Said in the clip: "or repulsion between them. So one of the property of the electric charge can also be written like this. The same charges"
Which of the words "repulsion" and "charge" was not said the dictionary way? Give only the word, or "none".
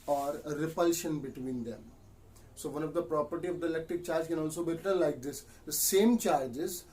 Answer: none